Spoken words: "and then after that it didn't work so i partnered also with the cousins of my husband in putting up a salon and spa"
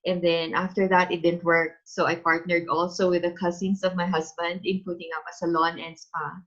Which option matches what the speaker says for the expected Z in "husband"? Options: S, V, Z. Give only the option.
S